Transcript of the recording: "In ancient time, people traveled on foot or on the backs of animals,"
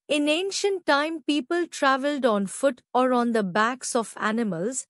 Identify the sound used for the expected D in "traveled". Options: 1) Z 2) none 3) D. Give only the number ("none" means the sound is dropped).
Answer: 3